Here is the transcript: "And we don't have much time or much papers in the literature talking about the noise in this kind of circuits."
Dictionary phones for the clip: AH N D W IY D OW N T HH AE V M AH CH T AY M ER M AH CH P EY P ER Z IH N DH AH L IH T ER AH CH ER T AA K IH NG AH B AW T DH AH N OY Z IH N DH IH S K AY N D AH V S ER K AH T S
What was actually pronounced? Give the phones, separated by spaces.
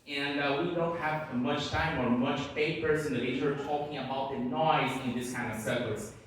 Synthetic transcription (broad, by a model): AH N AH W IY D OW N T HH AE V M AH CH T AY M ER M AH CH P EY P ER S IH N DH AH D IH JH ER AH ER T AA K IH NG AH B AW T DH AH N OY Z IH N DH IH S K AY N D AH V S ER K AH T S